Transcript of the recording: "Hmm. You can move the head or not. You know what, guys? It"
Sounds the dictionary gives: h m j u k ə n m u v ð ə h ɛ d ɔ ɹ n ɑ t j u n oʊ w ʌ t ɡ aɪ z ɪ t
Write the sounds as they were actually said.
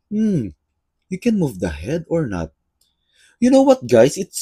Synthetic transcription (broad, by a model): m j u k ə n m u v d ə h ɛ d ɔ ɹ n ɑ t j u n oʊ w ʌ t ɡ aɪ s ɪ t